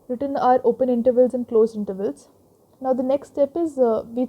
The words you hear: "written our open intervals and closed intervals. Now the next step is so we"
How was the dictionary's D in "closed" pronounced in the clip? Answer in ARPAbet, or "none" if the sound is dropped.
none